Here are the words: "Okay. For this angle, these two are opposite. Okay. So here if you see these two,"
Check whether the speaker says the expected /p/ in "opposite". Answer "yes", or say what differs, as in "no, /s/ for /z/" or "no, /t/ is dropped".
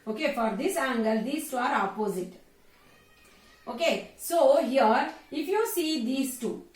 yes